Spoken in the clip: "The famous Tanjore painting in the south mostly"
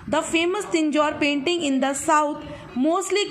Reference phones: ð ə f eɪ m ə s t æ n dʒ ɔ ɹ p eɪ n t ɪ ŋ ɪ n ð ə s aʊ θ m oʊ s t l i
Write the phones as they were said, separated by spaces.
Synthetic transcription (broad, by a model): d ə f eɪ m ə s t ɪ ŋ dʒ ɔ ɹ p eɪ n t ɪ ŋ ɪ n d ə s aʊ t m oʊ s t l i